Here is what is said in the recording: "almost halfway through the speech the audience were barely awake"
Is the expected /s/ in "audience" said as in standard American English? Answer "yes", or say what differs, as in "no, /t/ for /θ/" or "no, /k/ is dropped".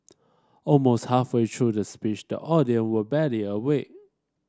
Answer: no, /s/ is dropped